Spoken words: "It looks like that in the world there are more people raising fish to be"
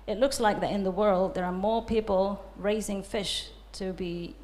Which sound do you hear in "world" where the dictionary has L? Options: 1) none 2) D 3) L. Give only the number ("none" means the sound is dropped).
3